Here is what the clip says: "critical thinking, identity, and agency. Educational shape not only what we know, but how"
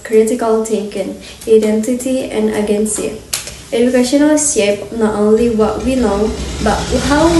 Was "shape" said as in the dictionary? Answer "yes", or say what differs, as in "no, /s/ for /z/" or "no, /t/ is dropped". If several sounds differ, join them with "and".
no, /s/ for /ʃ/